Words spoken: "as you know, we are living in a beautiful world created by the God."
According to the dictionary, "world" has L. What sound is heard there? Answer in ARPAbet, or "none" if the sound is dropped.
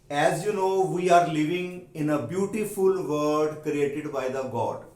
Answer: none